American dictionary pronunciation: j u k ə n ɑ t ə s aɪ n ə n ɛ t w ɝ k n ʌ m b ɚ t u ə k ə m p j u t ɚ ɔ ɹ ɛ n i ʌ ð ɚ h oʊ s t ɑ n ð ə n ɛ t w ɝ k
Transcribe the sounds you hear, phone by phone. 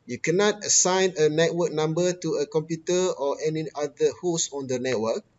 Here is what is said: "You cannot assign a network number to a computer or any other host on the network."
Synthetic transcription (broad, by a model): j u k ə n ɑ t ə s aɪ n ə n ɛ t w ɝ k n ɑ m b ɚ t u ə k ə m p j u t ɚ ɔ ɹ ɛ n i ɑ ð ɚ h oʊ s ɑ n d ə n ɛ t w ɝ k